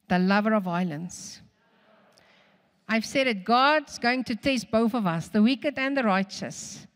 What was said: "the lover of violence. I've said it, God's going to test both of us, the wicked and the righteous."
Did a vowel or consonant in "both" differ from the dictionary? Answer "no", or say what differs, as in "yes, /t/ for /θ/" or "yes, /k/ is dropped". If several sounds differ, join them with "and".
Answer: no